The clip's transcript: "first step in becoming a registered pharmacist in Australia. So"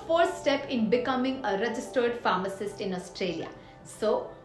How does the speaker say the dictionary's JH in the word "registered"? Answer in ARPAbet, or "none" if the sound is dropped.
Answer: JH